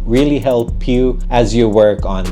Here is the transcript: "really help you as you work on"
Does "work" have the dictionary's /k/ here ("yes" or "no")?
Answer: yes